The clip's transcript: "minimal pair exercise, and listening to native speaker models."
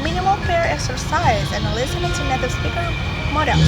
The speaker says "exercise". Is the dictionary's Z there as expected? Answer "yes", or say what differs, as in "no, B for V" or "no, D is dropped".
yes